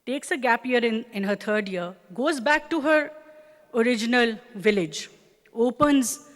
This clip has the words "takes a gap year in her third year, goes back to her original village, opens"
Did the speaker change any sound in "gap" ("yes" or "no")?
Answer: no